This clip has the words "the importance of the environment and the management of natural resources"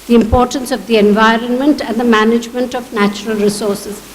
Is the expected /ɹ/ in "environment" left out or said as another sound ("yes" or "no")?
no